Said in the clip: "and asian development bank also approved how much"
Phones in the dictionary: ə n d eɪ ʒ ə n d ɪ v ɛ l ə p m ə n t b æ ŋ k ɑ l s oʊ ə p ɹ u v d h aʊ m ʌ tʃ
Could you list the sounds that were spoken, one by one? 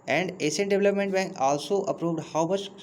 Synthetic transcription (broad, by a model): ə n d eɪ s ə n d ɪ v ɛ l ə p m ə n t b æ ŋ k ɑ l s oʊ ə p ɹ u v d h aʊ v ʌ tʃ